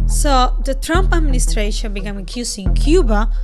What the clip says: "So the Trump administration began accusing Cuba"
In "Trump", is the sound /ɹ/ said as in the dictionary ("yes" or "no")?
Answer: yes